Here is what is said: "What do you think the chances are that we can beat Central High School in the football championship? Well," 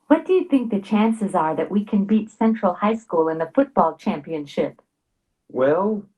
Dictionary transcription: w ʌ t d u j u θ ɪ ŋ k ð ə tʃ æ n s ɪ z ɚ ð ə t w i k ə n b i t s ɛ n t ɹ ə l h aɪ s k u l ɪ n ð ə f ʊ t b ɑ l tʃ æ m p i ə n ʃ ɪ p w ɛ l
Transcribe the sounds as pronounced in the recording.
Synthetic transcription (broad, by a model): w ʌ t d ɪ j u θ ɪ ŋ k ð ə tʃ æ n s ɪ z ɚ ð ə t w i k ə n b i t s ɛ n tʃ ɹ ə l h aɪ s k u l ɪ n ð ə f ʊ t b ɑ l tʃ æ m p i ə n ʃ ɪ p w ɛ l